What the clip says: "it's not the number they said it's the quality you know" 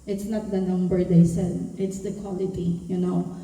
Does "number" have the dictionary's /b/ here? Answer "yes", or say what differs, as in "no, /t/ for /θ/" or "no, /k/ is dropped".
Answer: yes